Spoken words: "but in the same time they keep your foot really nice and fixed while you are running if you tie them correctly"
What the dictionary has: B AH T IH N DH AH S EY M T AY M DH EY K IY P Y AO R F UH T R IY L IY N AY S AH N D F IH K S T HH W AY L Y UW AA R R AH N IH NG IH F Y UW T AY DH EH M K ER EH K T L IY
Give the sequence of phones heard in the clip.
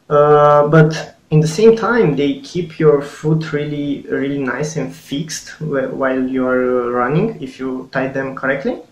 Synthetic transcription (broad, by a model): B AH T IH N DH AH S EY M T AY M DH EY K IY P Y AO R F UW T R IY L IY N AY S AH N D F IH K S T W W AY L Y UW AA R R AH N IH NG IH F Y UW T AY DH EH M K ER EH K T L IY